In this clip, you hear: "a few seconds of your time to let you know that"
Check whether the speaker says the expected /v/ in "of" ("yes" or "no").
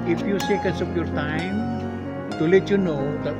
no